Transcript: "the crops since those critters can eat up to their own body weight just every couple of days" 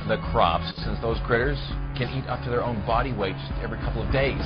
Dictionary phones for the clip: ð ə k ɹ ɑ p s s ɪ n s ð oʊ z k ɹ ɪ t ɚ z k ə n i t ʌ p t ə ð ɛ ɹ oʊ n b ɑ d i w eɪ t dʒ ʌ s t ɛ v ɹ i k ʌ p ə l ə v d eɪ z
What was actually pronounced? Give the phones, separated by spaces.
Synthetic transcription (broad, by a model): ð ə k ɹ ɑ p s s ɪ n s ð oʊ z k ɹ ɪ t ɚ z k ə n i t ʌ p t ə ð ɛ ɹ oʊ n b ɑ d i w eɪ t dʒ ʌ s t ɛ v ɹ i k ʌ p l ə v d eɪ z